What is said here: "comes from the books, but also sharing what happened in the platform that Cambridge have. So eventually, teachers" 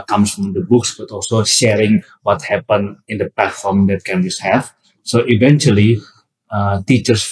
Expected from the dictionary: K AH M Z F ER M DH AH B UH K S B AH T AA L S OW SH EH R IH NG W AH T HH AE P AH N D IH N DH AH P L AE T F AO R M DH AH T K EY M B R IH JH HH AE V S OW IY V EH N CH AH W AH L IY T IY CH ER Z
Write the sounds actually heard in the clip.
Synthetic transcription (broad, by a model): K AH M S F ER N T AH B UH K S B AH T AA L S OW SH EH R IH NG W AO T HH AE P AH N IH N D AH P L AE T F AO R M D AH T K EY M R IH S HH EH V S OW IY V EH N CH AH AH L IY T IY CH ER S